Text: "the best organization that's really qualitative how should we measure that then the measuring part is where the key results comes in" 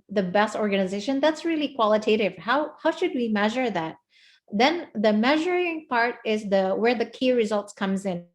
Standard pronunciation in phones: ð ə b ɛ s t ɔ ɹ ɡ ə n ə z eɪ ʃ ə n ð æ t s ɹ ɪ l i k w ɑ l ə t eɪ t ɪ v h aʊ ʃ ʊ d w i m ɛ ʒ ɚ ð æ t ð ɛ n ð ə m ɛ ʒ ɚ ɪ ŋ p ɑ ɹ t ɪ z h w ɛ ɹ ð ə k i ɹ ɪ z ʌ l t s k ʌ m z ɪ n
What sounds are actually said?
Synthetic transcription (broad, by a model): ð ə b ɛ s t ɔ ɹ ɡ ə n ə z eɪ ʃ ə n ð æ t s ɹ ɪ l i k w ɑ l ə t eɪ t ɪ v h aʊ ʃ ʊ d w i m ɛ ʒ ɚ ð æ t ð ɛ n ð ə m ɛ ʒ ɚ ɪ ŋ p ɑ ɹ t ɪ z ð w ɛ ɹ ð ə k i ɹ ɪ z ʌ l t s k ʌ m z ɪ n